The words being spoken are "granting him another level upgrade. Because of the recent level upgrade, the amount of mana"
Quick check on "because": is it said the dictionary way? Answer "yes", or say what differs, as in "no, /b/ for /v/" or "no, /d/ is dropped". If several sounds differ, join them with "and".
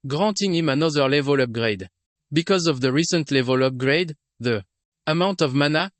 yes